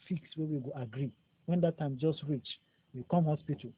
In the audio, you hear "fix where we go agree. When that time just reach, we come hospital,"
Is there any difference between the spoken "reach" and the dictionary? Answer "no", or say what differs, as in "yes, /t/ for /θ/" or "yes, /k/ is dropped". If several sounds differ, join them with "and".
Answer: no